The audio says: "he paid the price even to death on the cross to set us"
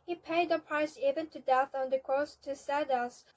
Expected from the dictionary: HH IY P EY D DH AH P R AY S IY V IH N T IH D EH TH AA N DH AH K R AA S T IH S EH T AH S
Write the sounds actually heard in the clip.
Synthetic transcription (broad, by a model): HH IY P EY D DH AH P R AY S IY V IH N T IH D EH TH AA N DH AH K R AA S T IH S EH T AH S